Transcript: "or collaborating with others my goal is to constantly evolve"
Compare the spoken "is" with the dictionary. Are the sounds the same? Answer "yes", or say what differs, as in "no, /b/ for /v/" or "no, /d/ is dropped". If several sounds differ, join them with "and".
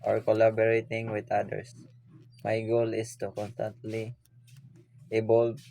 no, /s/ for /z/